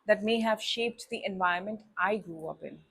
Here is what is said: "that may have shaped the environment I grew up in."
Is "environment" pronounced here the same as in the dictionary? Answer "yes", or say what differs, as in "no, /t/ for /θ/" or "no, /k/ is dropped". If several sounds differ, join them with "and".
no, /ɹ/ is dropped